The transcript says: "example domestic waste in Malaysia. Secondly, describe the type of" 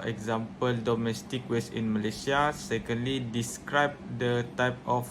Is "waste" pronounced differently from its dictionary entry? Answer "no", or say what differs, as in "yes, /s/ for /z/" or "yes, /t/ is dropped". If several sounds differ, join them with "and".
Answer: yes, /t/ is dropped